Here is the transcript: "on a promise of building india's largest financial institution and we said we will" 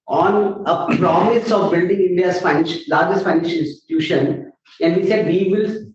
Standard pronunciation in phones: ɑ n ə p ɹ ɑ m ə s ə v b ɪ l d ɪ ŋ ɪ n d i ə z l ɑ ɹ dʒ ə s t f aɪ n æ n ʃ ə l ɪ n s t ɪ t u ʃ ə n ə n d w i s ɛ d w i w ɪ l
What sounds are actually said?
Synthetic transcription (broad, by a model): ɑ n ə p ɹ ɑ m ə s ə v b ɪ l d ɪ ŋ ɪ n d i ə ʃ l ɑ ɹ dʒ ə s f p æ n ə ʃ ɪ n s t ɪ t u ʃ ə n ə n d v i s ɛ d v i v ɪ l